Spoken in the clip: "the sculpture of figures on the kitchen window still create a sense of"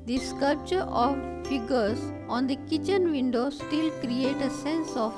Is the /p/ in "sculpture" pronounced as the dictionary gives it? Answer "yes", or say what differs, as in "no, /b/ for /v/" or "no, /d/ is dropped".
yes